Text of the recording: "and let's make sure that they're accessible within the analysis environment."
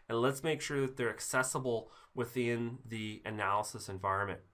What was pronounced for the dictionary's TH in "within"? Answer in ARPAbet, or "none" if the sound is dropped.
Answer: TH